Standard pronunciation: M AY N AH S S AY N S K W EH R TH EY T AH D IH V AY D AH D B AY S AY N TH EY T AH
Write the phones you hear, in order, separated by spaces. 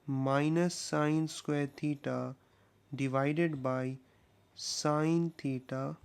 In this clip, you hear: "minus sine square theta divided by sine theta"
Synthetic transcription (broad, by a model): M AY N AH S S AY N S K W EH R T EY T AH D IH V AY D AH D B AY S AY N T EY T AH